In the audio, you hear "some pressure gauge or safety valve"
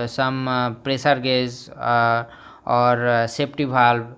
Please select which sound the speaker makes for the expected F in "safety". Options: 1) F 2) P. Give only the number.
2